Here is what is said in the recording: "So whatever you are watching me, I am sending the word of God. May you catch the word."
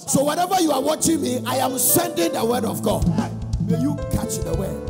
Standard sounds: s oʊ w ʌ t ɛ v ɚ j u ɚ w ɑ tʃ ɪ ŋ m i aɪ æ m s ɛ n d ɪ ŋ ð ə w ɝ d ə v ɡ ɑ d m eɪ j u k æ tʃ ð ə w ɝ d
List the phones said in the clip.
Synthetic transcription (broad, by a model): s oʊ w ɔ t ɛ v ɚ j u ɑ w ɑ tʃ ɪ ŋ m i aɪ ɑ m s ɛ n d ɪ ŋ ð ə w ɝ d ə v ɡ ɑ d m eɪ j u k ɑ tʃ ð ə w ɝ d